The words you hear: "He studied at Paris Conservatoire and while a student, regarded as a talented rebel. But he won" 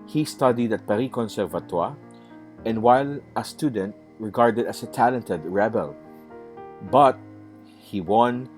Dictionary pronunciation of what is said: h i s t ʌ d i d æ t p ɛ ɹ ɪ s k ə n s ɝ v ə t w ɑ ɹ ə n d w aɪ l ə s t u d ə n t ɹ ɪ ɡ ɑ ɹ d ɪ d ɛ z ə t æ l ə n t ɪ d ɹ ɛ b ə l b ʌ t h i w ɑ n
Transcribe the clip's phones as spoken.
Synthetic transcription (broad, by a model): h i s t ʌ d i d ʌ t p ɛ ɹ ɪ k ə n s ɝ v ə t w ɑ ɹ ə n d w aɪ l ə s t u d ə n t ɹ ɪ ɡ ɑ ɹ d ɪ d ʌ s ə t æ l ə n t ɪ d ɹ ɛ b ə l b ʌ t h i w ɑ n